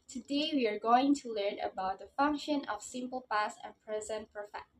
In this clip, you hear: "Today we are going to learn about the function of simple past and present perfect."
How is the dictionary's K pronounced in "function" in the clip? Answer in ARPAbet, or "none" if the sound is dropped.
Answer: K